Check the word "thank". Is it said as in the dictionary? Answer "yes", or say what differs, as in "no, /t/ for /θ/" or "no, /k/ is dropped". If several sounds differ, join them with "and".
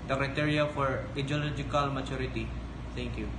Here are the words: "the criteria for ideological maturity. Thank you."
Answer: no, /t/ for /θ/